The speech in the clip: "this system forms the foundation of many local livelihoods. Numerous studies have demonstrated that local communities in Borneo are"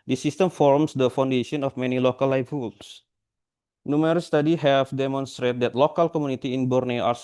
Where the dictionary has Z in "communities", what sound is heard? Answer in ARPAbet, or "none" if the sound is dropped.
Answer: none